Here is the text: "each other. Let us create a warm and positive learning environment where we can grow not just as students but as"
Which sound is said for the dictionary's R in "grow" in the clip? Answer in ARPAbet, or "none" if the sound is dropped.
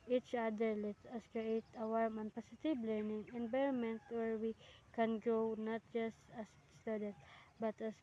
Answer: none